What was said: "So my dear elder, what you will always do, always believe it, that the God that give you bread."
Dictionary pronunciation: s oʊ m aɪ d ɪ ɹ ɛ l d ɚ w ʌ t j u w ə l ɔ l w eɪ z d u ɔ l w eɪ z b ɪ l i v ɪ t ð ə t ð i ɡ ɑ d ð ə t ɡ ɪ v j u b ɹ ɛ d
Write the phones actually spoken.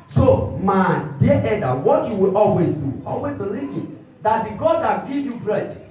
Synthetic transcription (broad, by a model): s oʊ m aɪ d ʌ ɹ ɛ d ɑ w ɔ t j u w ə l ɔ l w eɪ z d u ɔ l w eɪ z b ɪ l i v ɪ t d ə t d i ɡ ɑ d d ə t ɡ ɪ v j u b ɹ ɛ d